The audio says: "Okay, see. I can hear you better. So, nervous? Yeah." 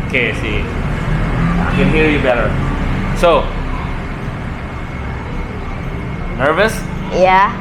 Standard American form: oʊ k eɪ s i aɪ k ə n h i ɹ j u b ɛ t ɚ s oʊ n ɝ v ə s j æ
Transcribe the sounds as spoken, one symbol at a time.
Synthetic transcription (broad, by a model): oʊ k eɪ s i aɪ k ə n h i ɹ j u b ɛ t ɚ s oʊ n ɝ v ə s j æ